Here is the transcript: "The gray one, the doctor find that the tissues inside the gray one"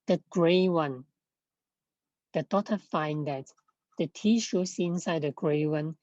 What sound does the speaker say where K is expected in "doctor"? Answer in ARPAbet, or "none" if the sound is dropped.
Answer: none